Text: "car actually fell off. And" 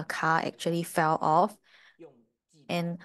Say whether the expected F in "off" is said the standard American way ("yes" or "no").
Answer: yes